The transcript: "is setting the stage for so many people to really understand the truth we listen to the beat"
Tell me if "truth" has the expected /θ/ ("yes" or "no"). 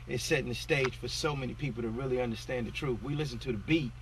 yes